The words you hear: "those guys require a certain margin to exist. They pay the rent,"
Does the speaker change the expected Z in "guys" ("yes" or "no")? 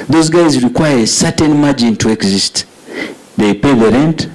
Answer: no